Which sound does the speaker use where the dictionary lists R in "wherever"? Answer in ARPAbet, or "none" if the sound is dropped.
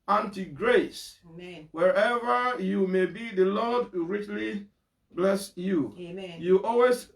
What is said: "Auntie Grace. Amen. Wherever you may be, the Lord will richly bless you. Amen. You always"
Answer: R